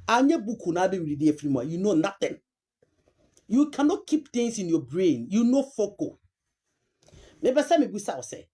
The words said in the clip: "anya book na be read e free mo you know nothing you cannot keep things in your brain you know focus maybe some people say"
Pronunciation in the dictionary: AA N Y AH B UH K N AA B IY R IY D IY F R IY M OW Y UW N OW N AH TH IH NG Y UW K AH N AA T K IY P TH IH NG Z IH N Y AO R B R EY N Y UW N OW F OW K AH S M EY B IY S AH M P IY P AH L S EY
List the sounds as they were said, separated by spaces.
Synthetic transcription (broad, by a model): AA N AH B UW K N AA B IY R IY D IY F R IY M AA Y UW N OW N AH T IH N Y UW K AH N AA T K IY P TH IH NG S IH N Y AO B R EY N Y UW N OW F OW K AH M EY B IY S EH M B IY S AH W S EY